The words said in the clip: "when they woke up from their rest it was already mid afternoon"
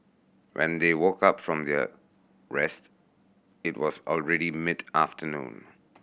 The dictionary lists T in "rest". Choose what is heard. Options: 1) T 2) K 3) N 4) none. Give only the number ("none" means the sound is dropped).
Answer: 1